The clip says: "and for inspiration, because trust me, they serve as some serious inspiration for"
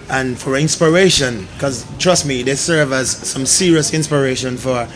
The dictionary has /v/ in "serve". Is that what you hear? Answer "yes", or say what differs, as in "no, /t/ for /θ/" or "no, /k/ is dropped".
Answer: yes